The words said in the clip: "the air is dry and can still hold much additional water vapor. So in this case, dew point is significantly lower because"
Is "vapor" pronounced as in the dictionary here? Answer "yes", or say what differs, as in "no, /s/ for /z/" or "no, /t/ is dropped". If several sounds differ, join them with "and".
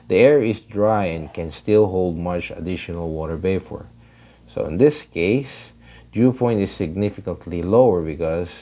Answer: no, /b/ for /v/ and /f/ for /p/